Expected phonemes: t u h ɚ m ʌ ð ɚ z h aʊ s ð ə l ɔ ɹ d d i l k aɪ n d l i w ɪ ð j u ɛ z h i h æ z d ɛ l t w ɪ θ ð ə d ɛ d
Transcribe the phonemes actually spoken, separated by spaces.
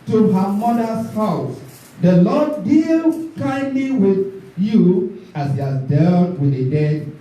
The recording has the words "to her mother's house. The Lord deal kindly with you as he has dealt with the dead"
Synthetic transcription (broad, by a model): t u h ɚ m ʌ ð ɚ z h aʊ s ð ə l ɔ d d i l k aɪ n d l i w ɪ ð j u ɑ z h i h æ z d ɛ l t w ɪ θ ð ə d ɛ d